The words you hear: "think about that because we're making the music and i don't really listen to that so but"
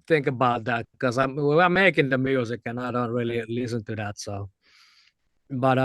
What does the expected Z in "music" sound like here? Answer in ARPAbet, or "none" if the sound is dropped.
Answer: Z